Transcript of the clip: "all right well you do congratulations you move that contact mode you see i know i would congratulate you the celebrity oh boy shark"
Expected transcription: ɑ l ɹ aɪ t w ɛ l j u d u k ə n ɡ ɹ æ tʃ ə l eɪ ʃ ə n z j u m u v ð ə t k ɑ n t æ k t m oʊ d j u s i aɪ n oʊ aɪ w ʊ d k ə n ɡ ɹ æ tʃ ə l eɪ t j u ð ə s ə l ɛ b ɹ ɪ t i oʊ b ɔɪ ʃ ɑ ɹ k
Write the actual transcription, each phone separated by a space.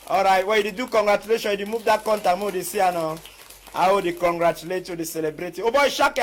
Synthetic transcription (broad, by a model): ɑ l ɹ aɪ t w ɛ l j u d u k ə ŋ ɡ ɹ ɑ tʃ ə l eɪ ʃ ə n j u m u v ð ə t k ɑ n t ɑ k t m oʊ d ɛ s i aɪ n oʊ aɪ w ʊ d k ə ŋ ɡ ɹ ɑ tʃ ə l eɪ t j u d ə s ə l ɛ b ɹ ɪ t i oʊ b ɔɪ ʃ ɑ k